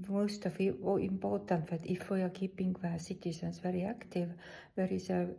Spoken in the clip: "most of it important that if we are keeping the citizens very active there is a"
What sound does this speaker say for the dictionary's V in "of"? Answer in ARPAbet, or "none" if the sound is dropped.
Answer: F